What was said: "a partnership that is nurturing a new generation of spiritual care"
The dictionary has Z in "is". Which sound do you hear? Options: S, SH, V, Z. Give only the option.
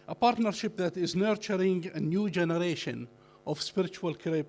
Z